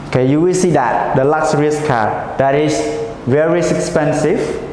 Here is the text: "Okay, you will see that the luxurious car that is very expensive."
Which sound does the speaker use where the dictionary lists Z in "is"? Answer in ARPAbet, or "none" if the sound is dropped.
S